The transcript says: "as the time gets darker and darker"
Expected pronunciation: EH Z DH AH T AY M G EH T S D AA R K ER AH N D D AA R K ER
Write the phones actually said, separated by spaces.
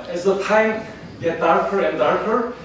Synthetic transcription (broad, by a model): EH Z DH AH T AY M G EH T D AA R K ER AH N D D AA R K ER